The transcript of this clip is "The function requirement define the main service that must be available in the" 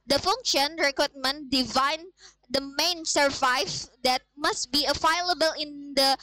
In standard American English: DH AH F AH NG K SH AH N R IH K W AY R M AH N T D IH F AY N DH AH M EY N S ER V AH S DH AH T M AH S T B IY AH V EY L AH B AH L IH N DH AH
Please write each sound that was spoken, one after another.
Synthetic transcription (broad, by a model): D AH F AH NG K SH AH N R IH K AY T M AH N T D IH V AY N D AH M EY N S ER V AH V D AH T M AH S T B IY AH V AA L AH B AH L IH N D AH